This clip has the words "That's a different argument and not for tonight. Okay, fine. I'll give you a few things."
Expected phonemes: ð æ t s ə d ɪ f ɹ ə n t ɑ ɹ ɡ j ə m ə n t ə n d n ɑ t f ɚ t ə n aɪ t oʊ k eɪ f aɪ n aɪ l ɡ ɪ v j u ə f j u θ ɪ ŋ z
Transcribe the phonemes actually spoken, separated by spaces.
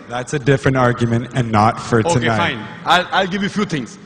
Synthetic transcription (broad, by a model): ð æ t s ə d ɪ f ɹ ə n t ɑ ɹ ɡ j ə m ə n t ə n n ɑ t f ɚ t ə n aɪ ɑ ɪ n aɪ l aɪ l ɡ ɪ v j u f j u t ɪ ŋ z